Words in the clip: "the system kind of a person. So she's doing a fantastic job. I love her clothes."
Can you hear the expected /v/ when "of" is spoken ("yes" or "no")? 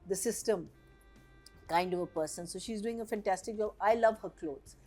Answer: yes